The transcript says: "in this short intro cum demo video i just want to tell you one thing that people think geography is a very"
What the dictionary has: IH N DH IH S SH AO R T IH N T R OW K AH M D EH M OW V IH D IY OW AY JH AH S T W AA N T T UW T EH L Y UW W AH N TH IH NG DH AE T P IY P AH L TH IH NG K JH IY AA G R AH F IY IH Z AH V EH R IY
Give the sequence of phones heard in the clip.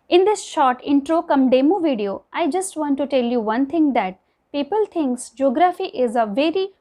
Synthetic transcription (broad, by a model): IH N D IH S SH AO R T IH N T R OW K AH M D EH M OW V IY D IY OW AY JH AH S T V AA N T T UW T EH L Y UW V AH N T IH NG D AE T P IY P AH L T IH NG K JH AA G R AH F IY IH Z AH V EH R IY